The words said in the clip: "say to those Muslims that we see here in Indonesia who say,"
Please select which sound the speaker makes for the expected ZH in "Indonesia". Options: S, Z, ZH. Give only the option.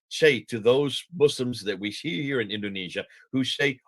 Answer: ZH